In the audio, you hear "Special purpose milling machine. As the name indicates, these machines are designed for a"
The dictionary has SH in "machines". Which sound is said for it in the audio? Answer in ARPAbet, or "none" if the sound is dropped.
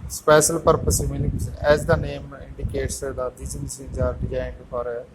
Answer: S